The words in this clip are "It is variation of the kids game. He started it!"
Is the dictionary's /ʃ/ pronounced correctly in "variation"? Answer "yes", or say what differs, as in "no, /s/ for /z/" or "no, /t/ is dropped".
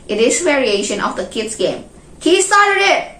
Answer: yes